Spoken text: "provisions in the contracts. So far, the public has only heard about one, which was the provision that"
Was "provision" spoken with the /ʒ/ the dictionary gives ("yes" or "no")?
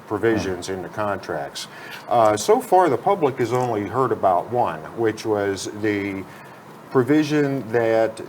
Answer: yes